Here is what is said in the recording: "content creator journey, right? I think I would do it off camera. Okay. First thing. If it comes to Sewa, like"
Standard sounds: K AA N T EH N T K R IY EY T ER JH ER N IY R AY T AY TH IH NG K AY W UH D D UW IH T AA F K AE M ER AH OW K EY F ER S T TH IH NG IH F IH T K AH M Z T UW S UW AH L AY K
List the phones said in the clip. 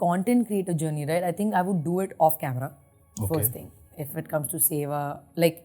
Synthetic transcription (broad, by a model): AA N T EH N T K R IY EY T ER JH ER N IY R AY T AY T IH NG K AY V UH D D UW IH T AA F K AE M ER AH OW F ER S T T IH NG IH F IH T K AH M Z T UW S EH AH L AY K